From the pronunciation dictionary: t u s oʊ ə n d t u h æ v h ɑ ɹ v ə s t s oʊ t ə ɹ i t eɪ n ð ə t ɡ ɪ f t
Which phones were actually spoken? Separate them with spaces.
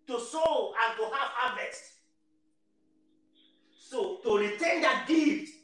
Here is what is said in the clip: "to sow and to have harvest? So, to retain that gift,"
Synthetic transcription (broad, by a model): t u s oʊ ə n t u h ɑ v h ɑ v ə s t s oʊ t ə ɹ i t eɪ n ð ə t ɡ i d